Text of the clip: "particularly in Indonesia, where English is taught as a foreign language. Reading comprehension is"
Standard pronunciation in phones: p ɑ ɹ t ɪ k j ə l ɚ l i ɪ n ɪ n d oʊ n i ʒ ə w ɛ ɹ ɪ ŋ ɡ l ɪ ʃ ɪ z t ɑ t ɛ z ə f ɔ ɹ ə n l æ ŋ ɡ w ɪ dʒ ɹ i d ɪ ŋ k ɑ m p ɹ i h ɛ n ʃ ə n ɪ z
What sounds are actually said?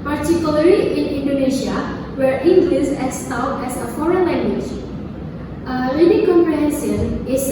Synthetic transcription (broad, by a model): p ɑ ɹ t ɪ k j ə l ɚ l i ɪ n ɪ n d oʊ n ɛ ʃ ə w ɛ ɹ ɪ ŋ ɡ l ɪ s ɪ s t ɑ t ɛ s ə f ɔ ɹ ə n l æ ŋ ɡ w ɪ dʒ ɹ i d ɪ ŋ k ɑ m p ɹ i h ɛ n s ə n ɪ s